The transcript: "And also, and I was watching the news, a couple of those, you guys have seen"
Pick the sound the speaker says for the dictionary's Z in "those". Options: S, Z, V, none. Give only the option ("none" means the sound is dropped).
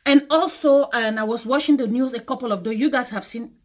none